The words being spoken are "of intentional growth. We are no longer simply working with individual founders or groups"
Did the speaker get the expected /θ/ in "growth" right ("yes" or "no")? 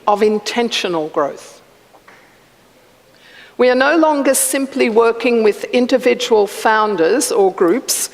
yes